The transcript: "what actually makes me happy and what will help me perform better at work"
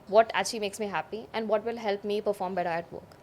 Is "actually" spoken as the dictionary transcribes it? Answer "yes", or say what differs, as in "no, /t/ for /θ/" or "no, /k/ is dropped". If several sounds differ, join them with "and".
no, /k/ is dropped and /l/ is dropped